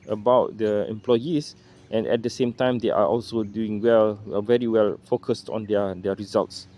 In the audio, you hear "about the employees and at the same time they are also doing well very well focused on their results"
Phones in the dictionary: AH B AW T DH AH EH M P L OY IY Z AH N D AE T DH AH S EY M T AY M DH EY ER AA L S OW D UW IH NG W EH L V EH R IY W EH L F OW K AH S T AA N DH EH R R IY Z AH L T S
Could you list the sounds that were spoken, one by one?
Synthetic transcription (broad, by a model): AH B AW T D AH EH M P L OY IY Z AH N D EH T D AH S EY M T AY M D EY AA AA L S OW D UW IH NG W EH L V EH R IY W EH L F OW K AH S T AA N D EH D R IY Z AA L T S